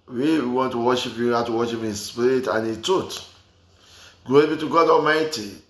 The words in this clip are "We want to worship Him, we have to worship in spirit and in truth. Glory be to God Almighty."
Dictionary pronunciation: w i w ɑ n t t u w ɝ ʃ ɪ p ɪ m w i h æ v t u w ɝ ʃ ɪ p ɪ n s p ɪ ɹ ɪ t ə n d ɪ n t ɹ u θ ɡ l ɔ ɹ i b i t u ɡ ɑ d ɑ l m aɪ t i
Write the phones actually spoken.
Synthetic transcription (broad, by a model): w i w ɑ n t t u w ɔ ʃ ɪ p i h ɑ t u w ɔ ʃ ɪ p ɪ n s p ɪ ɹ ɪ t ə n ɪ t u t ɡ ɔ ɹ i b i t u ɡ ɑ d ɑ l m aɪ t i